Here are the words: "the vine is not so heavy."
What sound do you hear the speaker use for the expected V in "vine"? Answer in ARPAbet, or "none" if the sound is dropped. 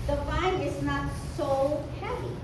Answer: F